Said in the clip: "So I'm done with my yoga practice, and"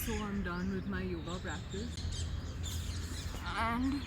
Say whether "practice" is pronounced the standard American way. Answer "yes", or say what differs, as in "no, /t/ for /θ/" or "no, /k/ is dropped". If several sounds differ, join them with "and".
no, /b/ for /p/